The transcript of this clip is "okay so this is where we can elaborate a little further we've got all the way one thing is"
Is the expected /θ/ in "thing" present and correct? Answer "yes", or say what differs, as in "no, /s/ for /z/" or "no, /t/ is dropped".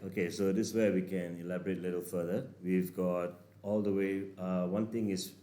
no, /t/ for /θ/